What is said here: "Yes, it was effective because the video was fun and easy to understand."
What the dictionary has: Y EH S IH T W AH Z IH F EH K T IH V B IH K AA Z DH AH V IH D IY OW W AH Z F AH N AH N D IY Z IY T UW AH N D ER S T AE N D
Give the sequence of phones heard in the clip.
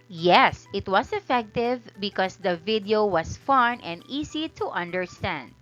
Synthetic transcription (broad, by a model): Y EH S IH T W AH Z IH F EH K T IH V B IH K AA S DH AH V IH D IY OW W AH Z F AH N AH N D IY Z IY T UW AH N D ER S T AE N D